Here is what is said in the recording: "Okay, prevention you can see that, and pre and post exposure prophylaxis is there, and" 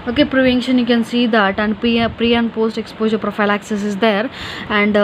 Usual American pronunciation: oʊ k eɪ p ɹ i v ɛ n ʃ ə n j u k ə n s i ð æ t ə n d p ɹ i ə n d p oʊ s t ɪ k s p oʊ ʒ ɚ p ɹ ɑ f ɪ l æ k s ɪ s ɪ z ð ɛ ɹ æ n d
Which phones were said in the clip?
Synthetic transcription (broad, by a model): oʊ k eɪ p ɹ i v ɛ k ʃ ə n j u k ə n s i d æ t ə n d p ɹ i ə n d p oʊ s t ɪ k s p oʊ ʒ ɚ p ɹ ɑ f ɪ l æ k s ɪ s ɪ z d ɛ ɹ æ n d